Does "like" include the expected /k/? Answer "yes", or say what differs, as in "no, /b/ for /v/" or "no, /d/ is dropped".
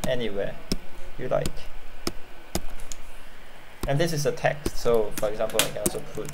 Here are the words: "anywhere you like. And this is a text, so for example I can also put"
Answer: yes